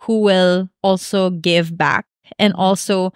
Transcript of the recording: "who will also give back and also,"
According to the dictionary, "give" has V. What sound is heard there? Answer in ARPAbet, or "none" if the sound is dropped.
V